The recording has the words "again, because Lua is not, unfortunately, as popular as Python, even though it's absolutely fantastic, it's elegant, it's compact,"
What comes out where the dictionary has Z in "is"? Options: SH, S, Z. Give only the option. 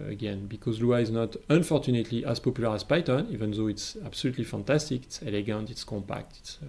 Z